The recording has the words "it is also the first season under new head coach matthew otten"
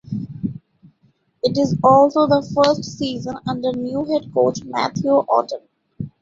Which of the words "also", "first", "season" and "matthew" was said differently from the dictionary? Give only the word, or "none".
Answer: matthew